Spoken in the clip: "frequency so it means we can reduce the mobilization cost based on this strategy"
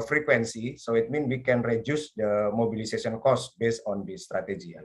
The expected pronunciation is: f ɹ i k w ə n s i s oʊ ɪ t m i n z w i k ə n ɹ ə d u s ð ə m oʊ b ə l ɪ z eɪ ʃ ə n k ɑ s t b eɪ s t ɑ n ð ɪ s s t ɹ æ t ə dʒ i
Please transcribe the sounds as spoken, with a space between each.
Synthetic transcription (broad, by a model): f ɹ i k w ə n s i s oʊ ɪ t m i n w i k ə n ɹ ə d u s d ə m oʊ b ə l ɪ s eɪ s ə n k ɑ s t b eɪ s t ɑ n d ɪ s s t ɹ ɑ t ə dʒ i